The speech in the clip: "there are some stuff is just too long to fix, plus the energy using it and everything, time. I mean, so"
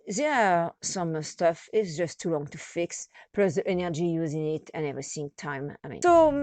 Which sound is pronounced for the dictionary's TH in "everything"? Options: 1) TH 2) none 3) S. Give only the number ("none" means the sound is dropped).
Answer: 3